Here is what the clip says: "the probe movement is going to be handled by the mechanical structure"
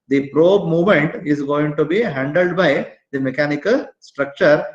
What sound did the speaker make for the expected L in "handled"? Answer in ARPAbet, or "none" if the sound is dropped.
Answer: L